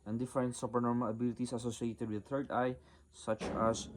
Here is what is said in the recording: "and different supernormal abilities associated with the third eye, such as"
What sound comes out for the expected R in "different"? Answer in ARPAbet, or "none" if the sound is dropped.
none